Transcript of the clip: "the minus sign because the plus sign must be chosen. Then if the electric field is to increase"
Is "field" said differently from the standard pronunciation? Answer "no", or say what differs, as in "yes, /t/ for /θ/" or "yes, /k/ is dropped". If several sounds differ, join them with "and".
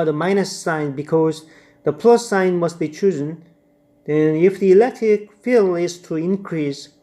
yes, /d/ is dropped